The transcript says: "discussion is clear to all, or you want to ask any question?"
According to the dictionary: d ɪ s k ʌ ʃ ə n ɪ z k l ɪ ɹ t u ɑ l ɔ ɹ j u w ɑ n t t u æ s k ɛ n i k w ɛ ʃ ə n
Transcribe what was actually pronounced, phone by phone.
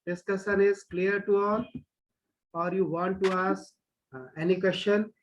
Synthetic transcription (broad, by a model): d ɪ s k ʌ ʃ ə n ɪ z k l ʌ ɹ t u ɑ l ɔ ɹ j u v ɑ n t t u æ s ɛ n i k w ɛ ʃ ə n